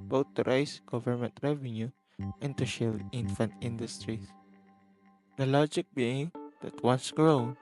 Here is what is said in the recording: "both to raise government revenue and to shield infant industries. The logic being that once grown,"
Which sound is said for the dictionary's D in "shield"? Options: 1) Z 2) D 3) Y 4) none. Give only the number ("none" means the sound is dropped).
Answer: 4